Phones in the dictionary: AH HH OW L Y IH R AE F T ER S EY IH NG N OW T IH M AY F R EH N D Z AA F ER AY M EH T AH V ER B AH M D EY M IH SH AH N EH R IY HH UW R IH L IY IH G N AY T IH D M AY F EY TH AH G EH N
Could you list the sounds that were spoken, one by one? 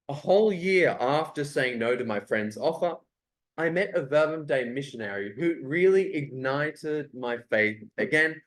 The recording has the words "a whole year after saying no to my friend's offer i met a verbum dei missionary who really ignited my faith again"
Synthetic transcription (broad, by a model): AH HH OW L Y IH R AE F T ER S EY IH NG N OW T IH M AY F R EH N D Z AA F ER AY M EH T AH V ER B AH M D EY M IH SH AH N EH R IY HH UW R IH L IY IH G N AY T IH D M AY F EY TH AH G EH N